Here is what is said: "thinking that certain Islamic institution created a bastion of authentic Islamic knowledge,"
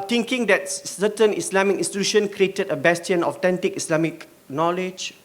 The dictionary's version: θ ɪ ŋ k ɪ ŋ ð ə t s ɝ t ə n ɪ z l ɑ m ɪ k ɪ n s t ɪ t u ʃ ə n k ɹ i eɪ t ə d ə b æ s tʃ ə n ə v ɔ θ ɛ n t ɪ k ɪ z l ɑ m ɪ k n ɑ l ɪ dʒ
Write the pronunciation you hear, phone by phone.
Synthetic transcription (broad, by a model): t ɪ ŋ k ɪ ŋ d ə t s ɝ t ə n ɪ s l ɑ m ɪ k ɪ n s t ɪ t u ʃ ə n k ɹ i eɪ t ə d ə b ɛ s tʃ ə n ɔ t ɛ n t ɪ k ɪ s l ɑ m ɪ k n ɑ l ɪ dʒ